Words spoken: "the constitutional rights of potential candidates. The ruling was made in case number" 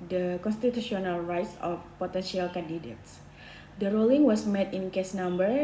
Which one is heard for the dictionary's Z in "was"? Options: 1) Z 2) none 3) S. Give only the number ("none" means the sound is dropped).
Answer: 3